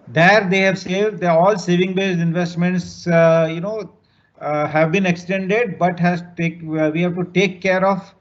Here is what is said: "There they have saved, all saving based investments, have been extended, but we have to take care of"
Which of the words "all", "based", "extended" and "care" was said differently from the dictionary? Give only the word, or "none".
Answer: based